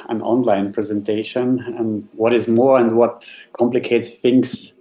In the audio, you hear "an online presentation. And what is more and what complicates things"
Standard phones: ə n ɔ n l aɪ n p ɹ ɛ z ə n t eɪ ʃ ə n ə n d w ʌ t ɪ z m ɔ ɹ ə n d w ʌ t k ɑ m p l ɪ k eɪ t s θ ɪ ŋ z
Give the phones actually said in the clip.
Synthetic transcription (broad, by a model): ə n ɔ n l aɪ n p ɹ ɛ z ə n t eɪ ʃ ə n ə n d w ʌ t ɪ z m ɔ ɹ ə n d w ʌ t k ɑ m p l ɪ k eɪ t s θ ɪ ŋ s